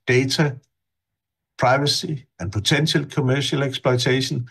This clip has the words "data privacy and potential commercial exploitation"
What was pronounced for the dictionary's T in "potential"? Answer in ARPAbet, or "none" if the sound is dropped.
S